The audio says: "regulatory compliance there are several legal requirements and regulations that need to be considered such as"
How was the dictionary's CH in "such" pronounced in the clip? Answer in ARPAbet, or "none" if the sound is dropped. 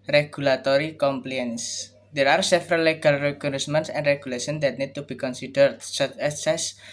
S